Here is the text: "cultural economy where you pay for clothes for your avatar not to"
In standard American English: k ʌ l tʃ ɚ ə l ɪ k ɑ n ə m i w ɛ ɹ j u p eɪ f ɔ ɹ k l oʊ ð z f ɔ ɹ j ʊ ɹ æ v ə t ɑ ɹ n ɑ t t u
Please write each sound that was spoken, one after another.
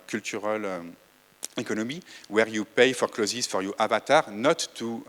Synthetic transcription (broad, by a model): k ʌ l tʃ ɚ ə l ɪ k ɑ n ə m i w ɛ ɹ j u p eɪ f ɔ ɹ k l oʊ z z f ɔ ɹ j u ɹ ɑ v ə t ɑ ɹ n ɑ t t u